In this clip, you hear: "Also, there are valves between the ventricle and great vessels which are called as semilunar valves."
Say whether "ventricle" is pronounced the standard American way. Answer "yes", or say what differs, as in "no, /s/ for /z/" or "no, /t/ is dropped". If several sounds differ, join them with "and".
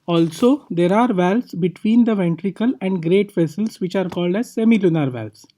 yes